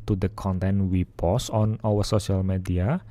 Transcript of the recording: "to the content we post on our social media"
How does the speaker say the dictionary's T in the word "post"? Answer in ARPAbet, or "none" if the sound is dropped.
none